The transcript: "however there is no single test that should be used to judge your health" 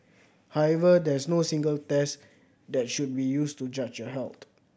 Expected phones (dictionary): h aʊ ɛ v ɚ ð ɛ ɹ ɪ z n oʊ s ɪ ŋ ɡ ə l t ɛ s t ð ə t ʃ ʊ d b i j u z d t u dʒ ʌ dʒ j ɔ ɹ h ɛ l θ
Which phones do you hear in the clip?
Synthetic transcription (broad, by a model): h aʊ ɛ v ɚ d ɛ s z n oʊ s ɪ ŋ ɡ ə l t ɛ s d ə t ʃ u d b i j u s t u dʒ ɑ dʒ j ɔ h ɛ l t